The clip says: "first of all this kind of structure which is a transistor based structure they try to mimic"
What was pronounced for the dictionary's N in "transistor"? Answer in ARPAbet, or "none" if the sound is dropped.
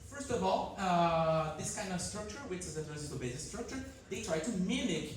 none